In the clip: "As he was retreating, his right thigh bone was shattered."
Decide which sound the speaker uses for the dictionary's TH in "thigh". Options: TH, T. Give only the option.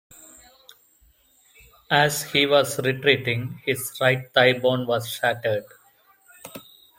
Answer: T